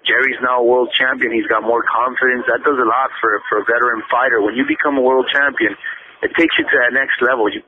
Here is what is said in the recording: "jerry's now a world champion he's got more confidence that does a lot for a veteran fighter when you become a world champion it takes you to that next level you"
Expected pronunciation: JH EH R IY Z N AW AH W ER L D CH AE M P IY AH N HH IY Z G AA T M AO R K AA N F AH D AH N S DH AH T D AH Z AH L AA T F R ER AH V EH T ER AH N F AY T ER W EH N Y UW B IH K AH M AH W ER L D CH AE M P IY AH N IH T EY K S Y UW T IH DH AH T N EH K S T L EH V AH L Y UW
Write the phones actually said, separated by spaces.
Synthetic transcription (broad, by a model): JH EH R IY Z N AW AH W ER L D CH AE M P IY AH N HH IY Z G AA T M AO R K AA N F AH D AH N S DH AH T D AH Z AH L AA T F R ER AH B EH T ER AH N F AY T ER W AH N Y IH B IH K AH M AH W ER L D CH AE M P IY AH N IH T EY K S Y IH T IH DH AH T N EH K S T L EH V L Y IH